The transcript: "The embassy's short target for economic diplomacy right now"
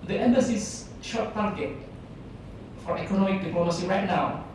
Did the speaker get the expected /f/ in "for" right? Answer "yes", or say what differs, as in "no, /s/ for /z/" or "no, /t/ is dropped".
yes